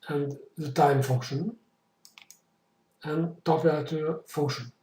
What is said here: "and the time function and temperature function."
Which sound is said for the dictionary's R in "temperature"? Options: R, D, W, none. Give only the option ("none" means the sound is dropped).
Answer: none